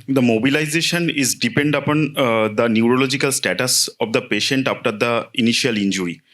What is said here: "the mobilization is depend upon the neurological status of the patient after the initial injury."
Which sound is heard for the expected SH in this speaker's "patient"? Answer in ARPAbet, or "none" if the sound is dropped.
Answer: SH